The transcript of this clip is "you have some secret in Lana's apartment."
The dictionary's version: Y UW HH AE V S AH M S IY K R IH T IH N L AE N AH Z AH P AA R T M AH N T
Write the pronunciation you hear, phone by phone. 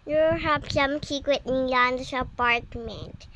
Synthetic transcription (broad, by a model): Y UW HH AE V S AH M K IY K W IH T IH N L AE N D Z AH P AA R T M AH N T